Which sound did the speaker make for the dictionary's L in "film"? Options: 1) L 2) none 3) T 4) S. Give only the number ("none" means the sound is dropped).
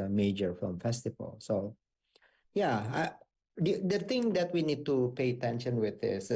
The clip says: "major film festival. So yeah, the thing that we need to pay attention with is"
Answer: 2